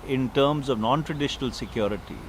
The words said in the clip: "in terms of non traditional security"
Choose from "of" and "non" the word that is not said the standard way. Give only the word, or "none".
none